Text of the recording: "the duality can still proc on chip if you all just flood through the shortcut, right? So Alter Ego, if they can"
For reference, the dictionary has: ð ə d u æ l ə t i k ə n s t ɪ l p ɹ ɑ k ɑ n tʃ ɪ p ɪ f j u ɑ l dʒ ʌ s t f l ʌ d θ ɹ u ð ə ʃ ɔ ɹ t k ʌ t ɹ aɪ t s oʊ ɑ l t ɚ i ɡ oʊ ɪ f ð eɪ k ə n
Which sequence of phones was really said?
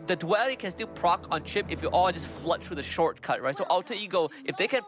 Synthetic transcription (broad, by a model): ð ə d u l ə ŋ k ə n s t ɪ l p ɹ ɑ k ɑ n tʃ ɪ p ɪ f j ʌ ɑ l dʒ ʌ s t f l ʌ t θ ɹ u ð ə ʃ ɔ ɹ t k ʌ t ɹ aɪ t s oʊ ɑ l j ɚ ɡ oʊ ɪ f ð eɪ k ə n